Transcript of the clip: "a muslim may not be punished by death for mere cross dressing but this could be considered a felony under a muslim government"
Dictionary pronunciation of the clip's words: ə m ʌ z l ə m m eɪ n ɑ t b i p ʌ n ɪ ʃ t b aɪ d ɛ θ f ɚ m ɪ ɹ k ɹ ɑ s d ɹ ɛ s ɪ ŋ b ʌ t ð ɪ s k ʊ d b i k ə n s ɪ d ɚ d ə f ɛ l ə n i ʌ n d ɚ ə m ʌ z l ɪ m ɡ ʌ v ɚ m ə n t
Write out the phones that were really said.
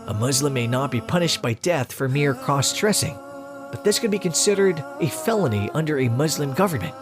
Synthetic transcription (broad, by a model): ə m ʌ z l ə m m eɪ n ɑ t b i p ʌ n ɪ ʃ t b aɪ d ɛ θ f ɚ m ɪ ɹ k ɹ ɑ s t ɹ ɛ s ɪ ŋ b ʌ t ð ɪ s k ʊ d b i k ə n s ɪ d ɚ d ə f ɛ l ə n i ʌ n d ɚ ə m ʌ z l ɪ m ɡ ʌ v ɚ m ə n t